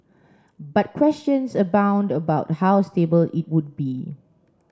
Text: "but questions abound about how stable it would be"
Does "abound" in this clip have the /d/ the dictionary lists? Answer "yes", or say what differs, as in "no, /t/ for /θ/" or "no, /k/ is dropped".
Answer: yes